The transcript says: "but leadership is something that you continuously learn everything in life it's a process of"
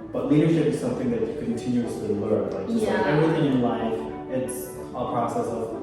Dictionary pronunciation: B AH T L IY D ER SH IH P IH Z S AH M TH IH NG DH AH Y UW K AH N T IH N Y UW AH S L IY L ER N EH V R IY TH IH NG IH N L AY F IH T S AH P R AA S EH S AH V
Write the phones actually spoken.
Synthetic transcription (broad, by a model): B AH T L IY D ER SH IH P IH Z S AH M TH IH NG DH AH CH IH K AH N T IH N Y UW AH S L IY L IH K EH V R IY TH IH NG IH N L AY F IH T S AH P R AA S EH S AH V